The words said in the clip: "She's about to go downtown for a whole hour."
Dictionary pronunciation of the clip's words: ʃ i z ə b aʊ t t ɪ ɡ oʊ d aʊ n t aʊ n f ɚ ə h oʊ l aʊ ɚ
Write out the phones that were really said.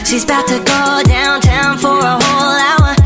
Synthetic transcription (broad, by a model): ʃ i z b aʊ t t ɪ ɡ oʊ d aʊ n t aʊ n f ɚ ə h oʊ l aʊ ɚ